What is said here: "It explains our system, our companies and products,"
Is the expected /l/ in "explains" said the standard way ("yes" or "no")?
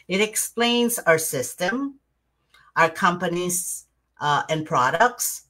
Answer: yes